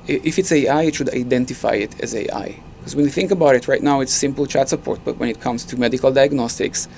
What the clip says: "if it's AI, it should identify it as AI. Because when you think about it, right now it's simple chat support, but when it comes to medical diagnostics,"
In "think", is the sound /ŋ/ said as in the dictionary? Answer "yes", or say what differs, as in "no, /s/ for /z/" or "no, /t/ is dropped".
yes